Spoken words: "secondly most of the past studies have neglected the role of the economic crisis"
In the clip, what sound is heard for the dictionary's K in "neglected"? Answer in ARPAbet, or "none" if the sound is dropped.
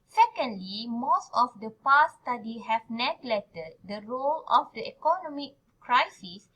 none